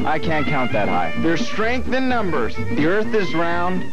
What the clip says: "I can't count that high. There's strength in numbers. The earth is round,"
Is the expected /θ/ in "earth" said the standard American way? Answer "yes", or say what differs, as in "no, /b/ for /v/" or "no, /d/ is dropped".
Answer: yes